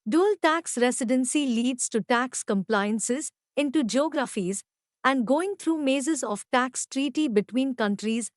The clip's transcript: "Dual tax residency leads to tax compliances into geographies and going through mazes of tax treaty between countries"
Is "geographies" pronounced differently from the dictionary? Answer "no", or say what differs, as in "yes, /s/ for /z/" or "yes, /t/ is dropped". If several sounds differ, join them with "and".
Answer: no